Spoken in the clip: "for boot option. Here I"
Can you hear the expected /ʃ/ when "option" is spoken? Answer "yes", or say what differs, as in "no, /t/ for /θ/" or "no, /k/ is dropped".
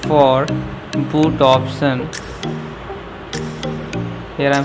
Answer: no, /s/ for /ʃ/